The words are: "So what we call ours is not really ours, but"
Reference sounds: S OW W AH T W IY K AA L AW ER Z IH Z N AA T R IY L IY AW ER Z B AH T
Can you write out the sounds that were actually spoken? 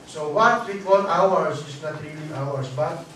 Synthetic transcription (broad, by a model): S OW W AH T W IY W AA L AW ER S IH S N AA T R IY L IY AW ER S B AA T